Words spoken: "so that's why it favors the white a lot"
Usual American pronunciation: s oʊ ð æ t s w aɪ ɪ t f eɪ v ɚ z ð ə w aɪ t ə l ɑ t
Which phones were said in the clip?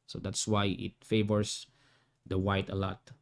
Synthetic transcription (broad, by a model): s oʊ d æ t s w aɪ ɪ t f eɪ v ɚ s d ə w aɪ t ə l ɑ t